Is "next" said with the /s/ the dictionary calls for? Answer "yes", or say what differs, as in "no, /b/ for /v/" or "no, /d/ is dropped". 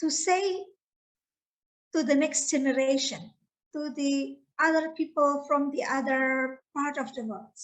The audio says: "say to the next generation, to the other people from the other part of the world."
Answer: yes